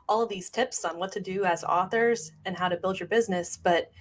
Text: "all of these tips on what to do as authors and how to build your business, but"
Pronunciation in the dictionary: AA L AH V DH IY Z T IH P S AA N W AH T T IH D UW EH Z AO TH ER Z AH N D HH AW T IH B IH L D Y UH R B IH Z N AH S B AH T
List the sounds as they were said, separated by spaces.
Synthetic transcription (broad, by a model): AA L AH V DH IY Z T IH P S N W AH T T IH D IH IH Z AO TH ER Z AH N HH AW T IH B IH L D Y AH R B IH Z N AH S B AH T